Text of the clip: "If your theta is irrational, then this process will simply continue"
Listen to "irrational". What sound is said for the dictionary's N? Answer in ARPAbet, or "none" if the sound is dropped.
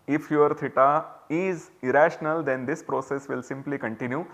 N